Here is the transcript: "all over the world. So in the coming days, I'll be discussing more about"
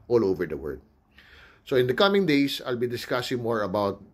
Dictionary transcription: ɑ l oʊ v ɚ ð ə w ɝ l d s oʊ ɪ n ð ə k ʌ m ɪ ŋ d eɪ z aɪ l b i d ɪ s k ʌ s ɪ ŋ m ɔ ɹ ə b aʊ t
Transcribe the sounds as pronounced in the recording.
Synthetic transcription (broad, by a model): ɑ l oʊ v ɚ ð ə w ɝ d s oʊ ɪ n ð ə k ʌ m ɪ ŋ d eɪ s aɪ l b i d ɪ s k ʌ s ɪ ŋ m ɔ ɹ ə b aʊ t